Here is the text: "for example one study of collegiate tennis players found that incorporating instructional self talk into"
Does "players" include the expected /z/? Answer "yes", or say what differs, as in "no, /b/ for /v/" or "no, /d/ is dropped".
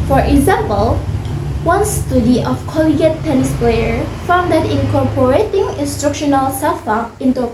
no, /z/ is dropped